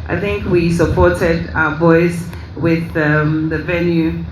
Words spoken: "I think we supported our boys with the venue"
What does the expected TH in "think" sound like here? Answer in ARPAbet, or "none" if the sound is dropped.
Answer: TH